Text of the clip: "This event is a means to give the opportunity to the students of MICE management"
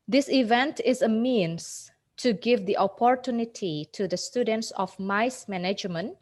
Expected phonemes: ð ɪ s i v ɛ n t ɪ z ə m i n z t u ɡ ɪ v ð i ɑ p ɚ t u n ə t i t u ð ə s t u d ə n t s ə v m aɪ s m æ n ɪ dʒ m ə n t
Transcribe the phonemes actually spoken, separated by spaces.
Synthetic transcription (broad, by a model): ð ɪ s i v ɛ n t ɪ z ə m i n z t u ɡ ɪ v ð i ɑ p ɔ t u n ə t i t u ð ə s t u d ə n t s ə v m aɪ s m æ n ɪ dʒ m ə n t